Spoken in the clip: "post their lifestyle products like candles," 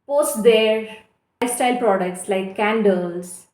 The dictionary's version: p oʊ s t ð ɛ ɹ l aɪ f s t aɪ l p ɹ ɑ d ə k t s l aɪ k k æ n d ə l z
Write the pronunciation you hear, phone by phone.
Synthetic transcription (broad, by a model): p oʊ s t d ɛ ɹ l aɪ s t aɪ l p ɹ ɑ d ə k t s l aɪ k k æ n d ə l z